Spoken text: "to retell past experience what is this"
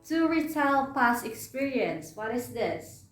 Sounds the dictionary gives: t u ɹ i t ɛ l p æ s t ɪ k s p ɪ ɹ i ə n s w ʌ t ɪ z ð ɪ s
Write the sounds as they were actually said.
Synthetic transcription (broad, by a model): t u ɹ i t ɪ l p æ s ɪ k s p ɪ ɹ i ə n s w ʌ t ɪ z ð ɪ s